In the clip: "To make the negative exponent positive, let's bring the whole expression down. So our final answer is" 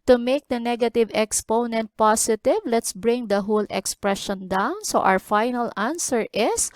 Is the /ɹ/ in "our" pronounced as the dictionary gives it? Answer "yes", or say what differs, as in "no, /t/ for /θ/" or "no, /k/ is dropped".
no, /w/ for /ɹ/